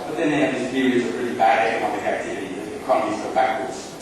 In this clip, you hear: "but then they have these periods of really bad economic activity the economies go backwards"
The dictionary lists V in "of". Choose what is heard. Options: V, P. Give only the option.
P